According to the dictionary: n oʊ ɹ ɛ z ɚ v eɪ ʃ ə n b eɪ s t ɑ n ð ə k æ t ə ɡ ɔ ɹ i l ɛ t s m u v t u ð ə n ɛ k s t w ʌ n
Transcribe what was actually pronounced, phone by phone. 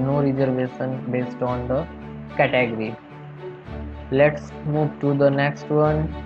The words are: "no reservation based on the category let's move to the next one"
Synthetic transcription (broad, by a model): n oʊ ɹ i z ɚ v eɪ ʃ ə n b eɪ s t ɑ n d ə k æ t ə ɡ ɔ ɹ i l ɛ t s m u v t u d ə n ɛ k s t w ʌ n